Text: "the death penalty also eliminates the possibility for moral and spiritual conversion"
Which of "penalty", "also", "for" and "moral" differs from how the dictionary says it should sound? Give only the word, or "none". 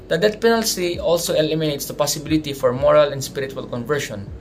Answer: penalty